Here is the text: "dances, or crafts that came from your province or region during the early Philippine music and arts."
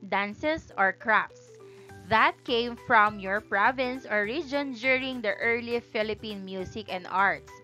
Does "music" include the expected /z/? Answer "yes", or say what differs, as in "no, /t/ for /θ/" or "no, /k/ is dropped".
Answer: no, /s/ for /z/